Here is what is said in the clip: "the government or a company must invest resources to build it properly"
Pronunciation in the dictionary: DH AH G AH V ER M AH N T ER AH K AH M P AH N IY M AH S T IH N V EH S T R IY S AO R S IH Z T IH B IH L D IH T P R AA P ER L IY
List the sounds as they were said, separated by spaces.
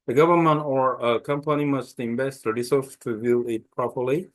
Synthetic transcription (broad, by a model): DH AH G AH V ER M AH N T ER AH K AH M P AH N IY M AH S T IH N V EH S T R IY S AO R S T IH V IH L IH T P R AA P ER L IY